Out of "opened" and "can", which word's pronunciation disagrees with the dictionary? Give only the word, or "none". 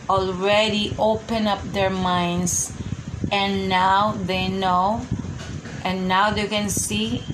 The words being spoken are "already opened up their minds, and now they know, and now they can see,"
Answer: opened